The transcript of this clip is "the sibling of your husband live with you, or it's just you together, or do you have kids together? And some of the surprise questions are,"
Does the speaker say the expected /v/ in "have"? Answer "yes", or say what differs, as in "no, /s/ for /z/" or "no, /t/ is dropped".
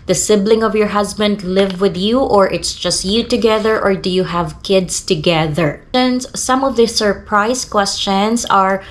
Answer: yes